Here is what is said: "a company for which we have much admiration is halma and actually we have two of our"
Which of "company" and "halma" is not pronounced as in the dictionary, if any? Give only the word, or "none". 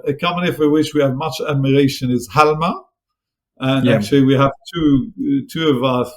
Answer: company